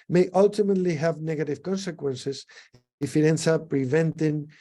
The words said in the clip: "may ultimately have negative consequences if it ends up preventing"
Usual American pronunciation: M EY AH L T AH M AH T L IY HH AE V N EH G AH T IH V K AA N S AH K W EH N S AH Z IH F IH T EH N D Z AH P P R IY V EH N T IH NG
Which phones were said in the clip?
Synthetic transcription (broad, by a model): M EY AH L T AH M AH T L IY HH AE V N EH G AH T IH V K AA N S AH K W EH N S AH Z IH F IH T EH N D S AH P P R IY V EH N T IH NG